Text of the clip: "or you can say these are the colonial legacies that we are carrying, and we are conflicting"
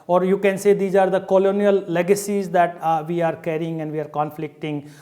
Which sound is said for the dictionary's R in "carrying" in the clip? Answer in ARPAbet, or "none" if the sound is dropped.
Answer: R